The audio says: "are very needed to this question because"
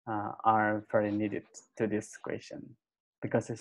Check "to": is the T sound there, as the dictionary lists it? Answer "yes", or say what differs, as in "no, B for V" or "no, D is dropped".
yes